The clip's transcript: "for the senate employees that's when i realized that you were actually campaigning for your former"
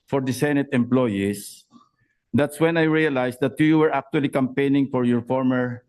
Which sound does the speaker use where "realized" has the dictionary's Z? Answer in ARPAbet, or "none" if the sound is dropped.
S